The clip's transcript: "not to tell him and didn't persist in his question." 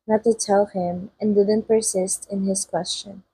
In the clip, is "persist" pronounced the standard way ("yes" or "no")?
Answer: yes